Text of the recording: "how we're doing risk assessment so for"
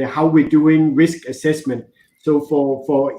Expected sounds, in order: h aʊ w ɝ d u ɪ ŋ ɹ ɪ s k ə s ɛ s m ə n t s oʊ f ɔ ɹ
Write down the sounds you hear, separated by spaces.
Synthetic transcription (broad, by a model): h aʊ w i d u ɪ ŋ ɹ ɪ s k ə s ɛ s m ə n t s oʊ f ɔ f